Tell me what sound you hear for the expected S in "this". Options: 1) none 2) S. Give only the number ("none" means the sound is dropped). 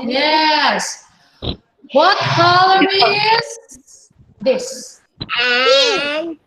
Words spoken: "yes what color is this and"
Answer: 2